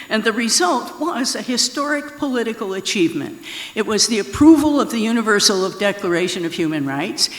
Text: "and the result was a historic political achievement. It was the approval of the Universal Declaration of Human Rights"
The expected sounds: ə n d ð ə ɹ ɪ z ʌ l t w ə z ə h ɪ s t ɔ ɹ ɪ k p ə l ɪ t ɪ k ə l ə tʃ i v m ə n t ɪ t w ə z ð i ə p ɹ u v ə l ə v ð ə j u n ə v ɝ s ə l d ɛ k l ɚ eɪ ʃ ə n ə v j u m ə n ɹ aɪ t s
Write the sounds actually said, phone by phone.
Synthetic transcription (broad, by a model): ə n ð ə ɹ ɪ z ʌ l t w ə z ə h ɪ s t ɔ ɹ ɪ k p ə l ɪ t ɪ k l ə tʃ i v m ə n t ɪ t w ə z ð i ə p ɹ u v ə l ə v ð ə j u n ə v ɝ s ə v d ɛ k l ɚ eɪ ʃ ə n ə v j u m ə n ɹ aɪ t s